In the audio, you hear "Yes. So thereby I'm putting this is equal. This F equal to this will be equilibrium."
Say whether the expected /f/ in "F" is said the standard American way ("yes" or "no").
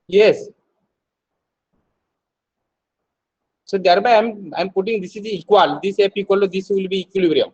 no